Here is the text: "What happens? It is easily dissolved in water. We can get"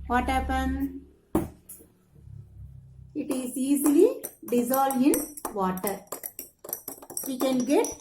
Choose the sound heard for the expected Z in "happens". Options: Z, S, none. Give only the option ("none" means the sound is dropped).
none